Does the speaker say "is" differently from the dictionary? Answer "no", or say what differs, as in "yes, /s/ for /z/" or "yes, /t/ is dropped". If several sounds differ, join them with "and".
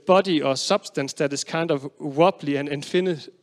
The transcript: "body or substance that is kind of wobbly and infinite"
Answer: yes, /s/ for /z/